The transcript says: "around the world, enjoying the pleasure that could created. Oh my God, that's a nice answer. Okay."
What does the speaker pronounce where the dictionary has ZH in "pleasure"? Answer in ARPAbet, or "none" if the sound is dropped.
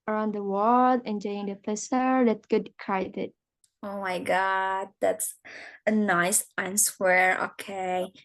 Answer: S